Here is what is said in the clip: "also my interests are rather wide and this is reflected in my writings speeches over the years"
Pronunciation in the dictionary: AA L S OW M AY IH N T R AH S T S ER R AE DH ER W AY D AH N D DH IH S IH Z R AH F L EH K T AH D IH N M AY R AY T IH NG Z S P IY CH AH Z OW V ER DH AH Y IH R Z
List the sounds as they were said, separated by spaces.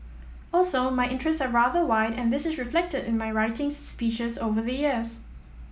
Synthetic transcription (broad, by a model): AA L S OW M AY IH N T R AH S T S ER R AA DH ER W AY D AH N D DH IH S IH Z R AH F L EH K T AH D IH N M AY R AY T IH NG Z S P IY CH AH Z OW V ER DH AH Y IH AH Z